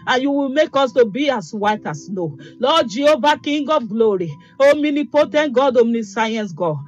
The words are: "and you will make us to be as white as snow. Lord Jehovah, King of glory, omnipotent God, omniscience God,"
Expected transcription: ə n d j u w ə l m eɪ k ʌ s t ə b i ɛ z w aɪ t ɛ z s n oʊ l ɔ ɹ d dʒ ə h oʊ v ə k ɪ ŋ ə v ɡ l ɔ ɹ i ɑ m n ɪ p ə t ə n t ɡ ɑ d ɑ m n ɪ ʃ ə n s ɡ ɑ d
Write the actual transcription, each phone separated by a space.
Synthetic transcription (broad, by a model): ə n j u w ə l m eɪ k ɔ s t ə b i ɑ s w aɪ t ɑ s n oʊ l ɔ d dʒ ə oʊ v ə k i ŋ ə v ɡ l ɔ ɹ i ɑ m n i p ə t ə n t ɡ ɑ d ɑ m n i s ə n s ɡ ɑ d